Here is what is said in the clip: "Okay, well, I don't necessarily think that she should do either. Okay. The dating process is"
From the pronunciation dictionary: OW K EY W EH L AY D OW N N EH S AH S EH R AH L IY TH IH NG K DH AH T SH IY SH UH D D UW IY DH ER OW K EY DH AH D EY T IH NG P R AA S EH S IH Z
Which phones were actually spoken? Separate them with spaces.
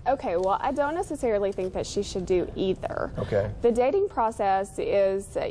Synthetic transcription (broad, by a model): OW K EY W EH L AY D OW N N EH S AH S EH R L IY TH IH NG K DH AH T SH IY SH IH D D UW IY DH ER OW K EY DH AH D EY T IH NG P R AA S EH S IH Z